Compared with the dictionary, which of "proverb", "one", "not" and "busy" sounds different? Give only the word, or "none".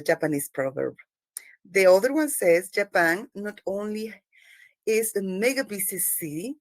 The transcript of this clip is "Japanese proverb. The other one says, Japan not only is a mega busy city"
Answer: busy